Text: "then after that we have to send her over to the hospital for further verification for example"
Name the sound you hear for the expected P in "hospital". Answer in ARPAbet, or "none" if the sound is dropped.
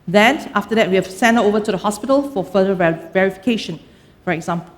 P